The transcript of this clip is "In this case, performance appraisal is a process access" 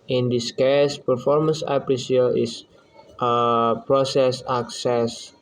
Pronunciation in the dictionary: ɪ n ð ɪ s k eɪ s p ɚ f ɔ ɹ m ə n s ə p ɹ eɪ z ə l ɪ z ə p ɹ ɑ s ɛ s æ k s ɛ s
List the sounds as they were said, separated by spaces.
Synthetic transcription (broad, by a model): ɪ n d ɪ s k eɪ s p ɚ f ɔ ɹ m ə n s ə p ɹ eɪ s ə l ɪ s ə p ɹ ɑ s ɛ s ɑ k s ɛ s